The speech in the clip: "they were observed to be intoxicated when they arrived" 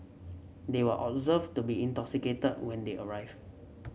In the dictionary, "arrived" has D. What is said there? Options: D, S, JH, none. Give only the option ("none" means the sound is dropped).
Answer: none